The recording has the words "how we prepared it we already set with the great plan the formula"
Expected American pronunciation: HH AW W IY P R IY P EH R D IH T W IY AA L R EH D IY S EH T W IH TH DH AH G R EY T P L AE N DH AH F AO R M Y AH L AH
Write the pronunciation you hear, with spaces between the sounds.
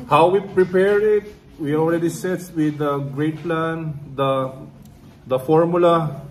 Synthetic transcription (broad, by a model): HH AW W IY P R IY P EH R IH T W IY AA L R EH D IY S EH T W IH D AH G R EY T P L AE N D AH F AO R M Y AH L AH